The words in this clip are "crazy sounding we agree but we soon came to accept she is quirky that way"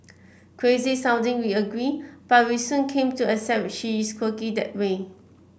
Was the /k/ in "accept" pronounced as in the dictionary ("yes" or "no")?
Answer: no